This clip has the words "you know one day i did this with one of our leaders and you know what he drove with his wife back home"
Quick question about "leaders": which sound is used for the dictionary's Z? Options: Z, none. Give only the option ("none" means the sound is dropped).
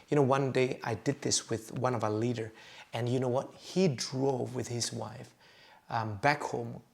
none